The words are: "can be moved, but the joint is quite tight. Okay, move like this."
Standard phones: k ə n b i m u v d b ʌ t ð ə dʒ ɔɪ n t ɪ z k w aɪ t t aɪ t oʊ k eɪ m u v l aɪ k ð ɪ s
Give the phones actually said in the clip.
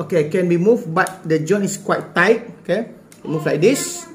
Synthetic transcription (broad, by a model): k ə n b i m u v b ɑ t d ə dʒ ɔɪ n ɪ s k w aɪ t t aɪ t oʊ k eɪ m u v l aɪ k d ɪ s